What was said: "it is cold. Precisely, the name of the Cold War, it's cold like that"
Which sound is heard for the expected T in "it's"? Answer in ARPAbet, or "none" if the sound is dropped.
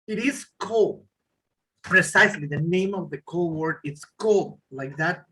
T